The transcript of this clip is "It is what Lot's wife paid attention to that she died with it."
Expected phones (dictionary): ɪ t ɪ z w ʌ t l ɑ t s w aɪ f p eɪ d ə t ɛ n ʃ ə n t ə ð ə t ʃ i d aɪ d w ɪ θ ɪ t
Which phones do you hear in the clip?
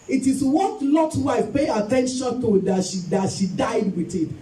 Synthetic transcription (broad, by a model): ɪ t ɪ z w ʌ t l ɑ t w aɪ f p eɪ ə t ɛ n ʃ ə n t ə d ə t ʃ i d aɪ d w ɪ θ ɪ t